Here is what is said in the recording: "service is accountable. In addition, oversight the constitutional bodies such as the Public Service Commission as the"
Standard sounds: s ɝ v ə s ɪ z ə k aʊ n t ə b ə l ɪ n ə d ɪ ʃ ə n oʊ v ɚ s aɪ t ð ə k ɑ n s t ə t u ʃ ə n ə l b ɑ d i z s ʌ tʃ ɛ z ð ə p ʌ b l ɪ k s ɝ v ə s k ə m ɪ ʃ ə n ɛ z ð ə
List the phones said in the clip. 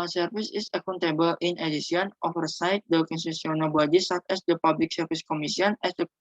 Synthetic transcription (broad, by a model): s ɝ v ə s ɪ s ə k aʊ n t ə b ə l ɪ n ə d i s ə n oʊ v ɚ s aɪ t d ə k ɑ n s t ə s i ə n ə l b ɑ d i s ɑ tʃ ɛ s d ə p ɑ b l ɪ k s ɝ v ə s k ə m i s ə n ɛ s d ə